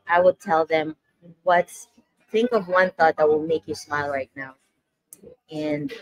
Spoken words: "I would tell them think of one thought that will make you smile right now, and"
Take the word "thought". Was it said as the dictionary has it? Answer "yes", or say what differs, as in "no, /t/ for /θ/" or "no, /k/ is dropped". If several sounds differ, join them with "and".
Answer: yes